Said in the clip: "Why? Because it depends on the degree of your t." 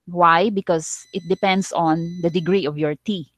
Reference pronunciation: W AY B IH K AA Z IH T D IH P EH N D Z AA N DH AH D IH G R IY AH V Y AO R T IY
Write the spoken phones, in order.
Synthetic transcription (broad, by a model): W AY B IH K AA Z IH T D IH P EH N D S AA N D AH D IH G R IY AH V Y AO R T IY